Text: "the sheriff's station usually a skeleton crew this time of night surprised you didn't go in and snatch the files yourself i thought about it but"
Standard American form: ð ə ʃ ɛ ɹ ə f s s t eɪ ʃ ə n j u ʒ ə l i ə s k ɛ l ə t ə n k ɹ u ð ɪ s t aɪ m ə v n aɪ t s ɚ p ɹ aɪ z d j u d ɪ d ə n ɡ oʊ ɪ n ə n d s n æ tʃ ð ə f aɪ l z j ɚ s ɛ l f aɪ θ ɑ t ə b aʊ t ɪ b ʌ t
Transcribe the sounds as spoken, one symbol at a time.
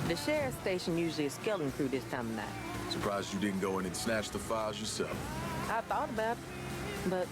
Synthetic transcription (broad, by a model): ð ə ʃ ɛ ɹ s s t eɪ ʃ ə n j u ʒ l i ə s k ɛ l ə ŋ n k ɹ u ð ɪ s t aɪ m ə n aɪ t s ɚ p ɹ aɪ z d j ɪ d ɪ d n ɡ oʊ ɪ n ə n s n æ tʃ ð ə f aɪ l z j ɚ s ɛ l f aɪ θ ɑ t ə b aʊ t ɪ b ʌ t